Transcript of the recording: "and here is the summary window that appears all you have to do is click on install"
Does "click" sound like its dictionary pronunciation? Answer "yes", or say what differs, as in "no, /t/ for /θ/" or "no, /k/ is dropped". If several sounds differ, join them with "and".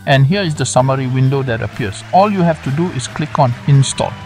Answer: yes